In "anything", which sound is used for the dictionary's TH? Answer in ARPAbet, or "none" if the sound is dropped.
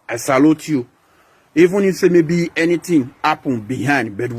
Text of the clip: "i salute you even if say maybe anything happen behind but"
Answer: T